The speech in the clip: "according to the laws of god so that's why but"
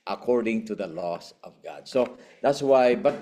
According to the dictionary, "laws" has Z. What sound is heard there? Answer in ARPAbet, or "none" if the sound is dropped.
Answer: S